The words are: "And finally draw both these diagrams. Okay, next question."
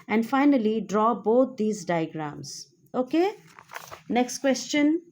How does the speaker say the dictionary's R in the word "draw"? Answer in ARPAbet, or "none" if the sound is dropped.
R